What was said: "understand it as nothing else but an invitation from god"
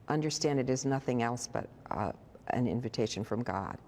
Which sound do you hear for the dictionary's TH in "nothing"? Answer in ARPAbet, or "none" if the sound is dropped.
TH